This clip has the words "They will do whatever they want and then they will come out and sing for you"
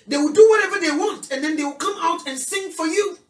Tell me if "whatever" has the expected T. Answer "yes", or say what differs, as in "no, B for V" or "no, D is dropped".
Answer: yes